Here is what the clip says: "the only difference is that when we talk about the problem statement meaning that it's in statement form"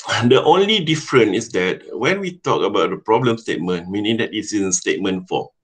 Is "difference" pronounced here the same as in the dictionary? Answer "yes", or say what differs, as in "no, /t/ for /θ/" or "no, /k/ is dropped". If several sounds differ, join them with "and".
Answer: no, /s/ is dropped